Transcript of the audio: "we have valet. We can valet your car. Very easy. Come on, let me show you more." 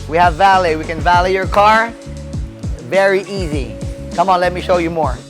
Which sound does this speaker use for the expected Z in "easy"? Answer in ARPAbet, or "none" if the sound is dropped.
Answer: Z